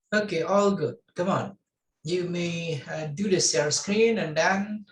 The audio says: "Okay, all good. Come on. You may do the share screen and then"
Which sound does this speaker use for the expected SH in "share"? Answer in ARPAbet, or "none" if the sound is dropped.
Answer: S